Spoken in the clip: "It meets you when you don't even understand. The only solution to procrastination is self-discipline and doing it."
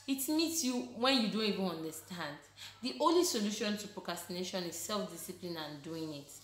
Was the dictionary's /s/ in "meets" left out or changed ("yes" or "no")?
no